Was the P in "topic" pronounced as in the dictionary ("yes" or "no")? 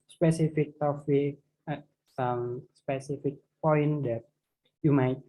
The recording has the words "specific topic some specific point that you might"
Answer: no